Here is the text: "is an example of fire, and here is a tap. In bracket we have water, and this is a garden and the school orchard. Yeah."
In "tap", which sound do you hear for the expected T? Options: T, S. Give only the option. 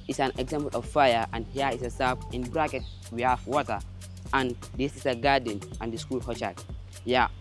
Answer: S